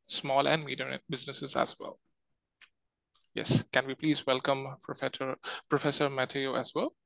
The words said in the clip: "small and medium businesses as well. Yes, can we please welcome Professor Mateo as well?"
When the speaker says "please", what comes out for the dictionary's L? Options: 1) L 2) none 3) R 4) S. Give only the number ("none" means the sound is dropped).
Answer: 1